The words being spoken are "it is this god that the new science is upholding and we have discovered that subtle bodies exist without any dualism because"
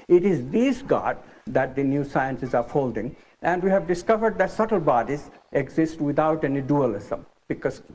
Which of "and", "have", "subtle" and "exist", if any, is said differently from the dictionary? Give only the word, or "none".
none